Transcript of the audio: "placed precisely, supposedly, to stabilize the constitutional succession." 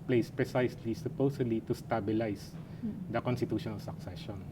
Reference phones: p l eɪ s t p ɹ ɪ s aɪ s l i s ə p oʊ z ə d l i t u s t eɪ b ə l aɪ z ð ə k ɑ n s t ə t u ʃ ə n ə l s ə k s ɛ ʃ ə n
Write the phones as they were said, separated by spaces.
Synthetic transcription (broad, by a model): p l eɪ s p ɹ ɪ s aɪ s l i s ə p oʊ s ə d l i t u s t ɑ b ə l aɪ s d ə k ɑ n s t ə t u ʃ ə n ə l s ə k s ɛ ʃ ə n